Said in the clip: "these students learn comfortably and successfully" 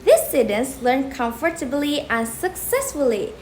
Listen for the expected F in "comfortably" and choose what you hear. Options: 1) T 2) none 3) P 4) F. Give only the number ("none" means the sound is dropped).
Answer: 4